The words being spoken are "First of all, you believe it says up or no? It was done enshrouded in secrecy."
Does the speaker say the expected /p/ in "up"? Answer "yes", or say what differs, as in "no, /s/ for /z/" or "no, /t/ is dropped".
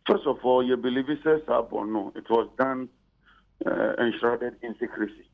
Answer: no, /b/ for /p/